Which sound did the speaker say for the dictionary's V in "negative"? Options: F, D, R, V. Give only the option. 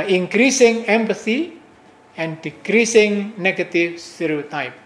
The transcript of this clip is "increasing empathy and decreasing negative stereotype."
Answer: F